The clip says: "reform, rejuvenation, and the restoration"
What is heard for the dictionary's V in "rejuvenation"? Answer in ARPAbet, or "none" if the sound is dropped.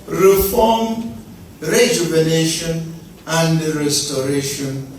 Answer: B